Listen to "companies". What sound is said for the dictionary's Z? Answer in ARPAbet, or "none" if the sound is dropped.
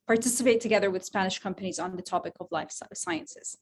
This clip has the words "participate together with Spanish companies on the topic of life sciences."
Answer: Z